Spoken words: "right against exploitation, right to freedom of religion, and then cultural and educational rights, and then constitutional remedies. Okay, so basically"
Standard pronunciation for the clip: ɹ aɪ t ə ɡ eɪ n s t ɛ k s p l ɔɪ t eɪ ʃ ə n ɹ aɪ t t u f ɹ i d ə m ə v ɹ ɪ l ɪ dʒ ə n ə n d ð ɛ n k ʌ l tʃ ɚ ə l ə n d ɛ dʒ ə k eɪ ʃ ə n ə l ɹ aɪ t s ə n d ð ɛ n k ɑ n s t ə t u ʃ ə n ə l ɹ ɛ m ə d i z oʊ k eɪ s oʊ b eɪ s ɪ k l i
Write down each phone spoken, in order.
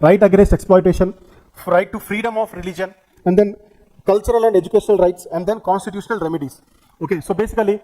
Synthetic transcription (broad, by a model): ɹ aɪ t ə ɡ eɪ s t ɛ k s p l ɔɪ t eɪ ʃ ə n ɹ aɪ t t u f ɹ i d ə m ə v ɹ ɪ l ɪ dʒ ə n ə n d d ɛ n k ʌ l tʃ ɚ ə l ə n d ɛ dʒ ə k eɪ ʃ ə n ə l ɹ aɪ t s ə n d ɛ n k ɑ n s t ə t u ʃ ə n ə l ɹ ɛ m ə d i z oʊ k eɪ s oʊ b eɪ s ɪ k l i